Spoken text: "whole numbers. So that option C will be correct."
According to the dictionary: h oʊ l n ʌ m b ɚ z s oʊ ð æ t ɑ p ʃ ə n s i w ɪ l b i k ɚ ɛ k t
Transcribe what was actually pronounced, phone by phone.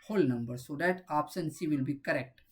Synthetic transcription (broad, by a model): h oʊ l n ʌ m b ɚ s oʊ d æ t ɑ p s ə n s i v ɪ l b i k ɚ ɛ k t